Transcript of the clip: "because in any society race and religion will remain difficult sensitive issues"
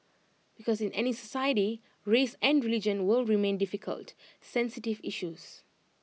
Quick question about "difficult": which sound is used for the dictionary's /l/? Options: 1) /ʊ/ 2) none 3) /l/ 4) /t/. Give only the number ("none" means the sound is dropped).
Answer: 3